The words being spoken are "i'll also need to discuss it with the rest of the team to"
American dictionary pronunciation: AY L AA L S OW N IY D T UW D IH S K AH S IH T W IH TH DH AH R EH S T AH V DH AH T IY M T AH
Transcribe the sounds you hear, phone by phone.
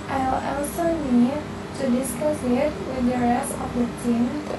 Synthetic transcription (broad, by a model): AY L AA L S OW N IY D T UW D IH S K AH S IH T W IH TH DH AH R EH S AH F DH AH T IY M